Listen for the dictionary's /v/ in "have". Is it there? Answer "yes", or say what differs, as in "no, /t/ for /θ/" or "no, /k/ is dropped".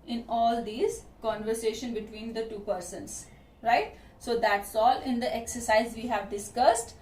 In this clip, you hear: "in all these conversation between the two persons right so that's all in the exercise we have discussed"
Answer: yes